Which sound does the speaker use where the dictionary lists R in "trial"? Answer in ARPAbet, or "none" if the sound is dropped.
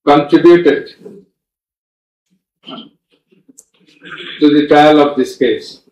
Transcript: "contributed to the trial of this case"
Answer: none